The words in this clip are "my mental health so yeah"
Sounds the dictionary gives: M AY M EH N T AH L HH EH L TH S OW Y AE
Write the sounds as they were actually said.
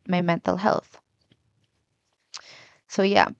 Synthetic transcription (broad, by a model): M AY M EH N T AH L HH EH L TH S OW Y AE